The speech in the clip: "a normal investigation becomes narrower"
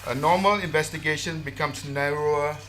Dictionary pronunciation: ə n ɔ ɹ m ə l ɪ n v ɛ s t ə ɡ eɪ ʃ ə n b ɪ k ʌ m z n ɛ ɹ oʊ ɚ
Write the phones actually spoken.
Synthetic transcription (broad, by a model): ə n ɔ m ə l ɪ n v ɛ s t ə ɡ eɪ ʃ ə n b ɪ k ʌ m s n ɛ ɹ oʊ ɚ